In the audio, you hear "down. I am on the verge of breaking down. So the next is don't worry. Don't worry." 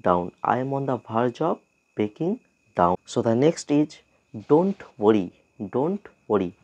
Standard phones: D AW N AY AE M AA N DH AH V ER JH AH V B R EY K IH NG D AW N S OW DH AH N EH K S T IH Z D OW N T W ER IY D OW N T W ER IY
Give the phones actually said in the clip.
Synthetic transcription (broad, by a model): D AW N AY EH M AA N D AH B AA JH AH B EY K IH NG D AW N S OW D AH N EH K S T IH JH D OW N T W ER IY D OW N T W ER IY